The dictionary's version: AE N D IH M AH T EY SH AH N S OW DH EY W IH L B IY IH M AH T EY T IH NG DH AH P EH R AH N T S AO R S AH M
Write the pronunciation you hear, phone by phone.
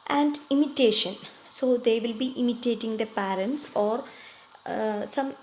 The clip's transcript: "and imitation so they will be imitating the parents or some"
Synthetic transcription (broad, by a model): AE N D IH M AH T EY SH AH N S OW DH EY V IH L B IY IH M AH T EY T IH NG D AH P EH R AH N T S AO R S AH M